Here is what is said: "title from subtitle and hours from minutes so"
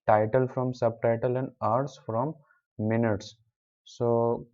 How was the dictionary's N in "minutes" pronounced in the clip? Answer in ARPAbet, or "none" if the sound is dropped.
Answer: N